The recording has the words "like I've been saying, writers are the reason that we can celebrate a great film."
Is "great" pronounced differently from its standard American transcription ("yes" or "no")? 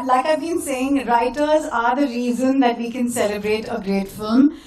no